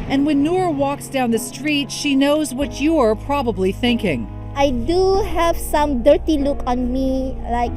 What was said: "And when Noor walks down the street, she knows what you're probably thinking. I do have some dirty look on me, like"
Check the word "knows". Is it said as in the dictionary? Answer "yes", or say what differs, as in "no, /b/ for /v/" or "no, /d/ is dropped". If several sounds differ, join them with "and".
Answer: yes